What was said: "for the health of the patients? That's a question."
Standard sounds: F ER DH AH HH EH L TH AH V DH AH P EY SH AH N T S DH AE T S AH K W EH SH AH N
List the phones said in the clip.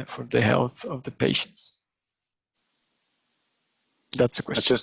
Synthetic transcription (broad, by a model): F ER DH AH HH EH L TH AH V DH AH P EY SH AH N T S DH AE T S AH K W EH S